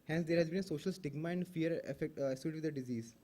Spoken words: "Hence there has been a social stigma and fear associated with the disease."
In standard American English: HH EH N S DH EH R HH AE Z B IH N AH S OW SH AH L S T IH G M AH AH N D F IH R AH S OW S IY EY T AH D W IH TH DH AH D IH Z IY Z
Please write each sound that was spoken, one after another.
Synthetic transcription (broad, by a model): HH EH N S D EH R HH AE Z B IH N AH S OW SH AH L S T IH G M AH AH N D F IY AH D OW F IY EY S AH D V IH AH D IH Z IY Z